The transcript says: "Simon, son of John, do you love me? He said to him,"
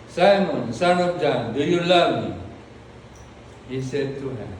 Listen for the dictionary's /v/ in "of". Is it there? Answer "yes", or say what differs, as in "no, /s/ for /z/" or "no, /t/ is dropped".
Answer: no, /p/ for /v/